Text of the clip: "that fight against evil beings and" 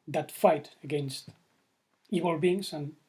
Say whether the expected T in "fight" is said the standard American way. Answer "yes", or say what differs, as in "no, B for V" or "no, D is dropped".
yes